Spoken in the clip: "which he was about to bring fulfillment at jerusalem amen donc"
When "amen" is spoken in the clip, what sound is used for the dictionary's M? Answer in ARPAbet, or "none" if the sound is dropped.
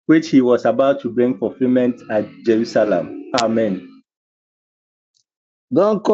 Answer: M